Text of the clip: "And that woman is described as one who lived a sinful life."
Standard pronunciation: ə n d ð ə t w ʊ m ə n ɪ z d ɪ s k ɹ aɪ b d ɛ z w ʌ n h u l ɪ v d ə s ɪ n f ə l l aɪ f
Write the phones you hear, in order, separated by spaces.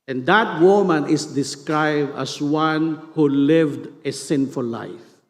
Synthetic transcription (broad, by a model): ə n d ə t w ʊ m ə n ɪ s d ɪ s k ɹ aɪ b d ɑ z w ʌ n h u l ɪ v d ə s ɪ n f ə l l aɪ f